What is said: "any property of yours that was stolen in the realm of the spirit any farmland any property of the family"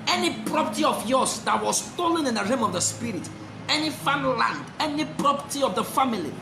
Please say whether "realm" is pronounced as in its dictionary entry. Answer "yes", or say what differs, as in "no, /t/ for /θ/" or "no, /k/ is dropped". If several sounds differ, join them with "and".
no, /l/ is dropped